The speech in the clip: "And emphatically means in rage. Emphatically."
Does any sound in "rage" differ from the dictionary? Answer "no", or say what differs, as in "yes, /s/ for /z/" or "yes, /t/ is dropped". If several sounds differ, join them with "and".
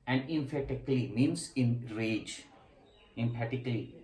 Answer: no